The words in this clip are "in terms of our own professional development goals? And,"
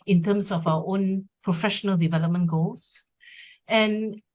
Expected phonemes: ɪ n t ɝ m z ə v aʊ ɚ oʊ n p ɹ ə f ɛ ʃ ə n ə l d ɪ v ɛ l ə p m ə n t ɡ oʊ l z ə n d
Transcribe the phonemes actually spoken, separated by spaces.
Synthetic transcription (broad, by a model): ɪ n t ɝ m s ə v aʊ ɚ oʊ n p ɹ ə f ɛ ʃ ə n ə l d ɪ v ɛ l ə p m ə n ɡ oʊ l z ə n